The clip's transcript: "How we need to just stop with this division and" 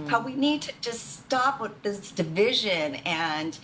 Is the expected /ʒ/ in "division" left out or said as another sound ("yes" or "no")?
no